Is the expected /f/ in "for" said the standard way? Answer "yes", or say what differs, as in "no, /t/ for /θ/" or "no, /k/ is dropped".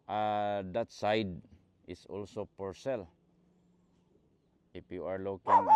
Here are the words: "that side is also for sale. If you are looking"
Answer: no, /p/ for /f/